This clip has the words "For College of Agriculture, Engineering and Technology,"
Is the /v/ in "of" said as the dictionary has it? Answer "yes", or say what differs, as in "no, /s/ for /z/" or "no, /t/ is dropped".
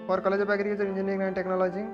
no, /p/ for /v/